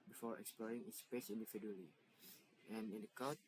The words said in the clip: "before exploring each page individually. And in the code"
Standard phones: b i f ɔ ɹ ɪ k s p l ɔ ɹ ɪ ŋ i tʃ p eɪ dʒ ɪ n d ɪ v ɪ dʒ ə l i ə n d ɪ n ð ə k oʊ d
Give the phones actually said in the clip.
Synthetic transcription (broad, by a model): b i f ɔ ɹ ɪ k s p l ɔ ɹ ɪ ŋ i s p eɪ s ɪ n d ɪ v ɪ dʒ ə l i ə n ɪ n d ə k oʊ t